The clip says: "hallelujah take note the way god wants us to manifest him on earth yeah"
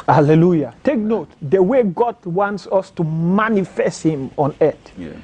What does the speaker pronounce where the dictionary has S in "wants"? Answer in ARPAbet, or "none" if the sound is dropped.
S